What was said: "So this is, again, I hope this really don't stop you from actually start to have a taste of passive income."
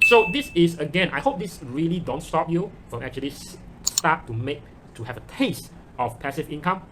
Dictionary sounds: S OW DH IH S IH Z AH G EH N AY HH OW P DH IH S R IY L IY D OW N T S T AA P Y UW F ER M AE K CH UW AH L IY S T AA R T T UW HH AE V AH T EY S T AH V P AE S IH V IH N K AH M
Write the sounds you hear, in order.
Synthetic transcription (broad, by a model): S OW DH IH S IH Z AH G EH N AY HH OW P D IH S R IY L IY D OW N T S T AA P Y UW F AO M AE K CH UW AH L IY S T AA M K T UW HH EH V AH T EY S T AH F P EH S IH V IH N K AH M